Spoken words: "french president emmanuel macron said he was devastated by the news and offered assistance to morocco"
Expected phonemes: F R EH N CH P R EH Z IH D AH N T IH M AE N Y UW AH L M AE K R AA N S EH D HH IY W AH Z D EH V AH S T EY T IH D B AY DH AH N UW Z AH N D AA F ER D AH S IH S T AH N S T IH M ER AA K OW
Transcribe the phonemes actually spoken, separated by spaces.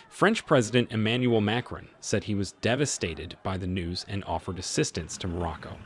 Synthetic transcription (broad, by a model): F R EH N CH P R EH Z IH D AH N T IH M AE N Y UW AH L M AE K R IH N S EH D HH IY W AH Z D EH V AH S T EY T IH D B AY DH AH N UW Z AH N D AA F ER D AH S IH S T AH N S T IH M ER AA K OW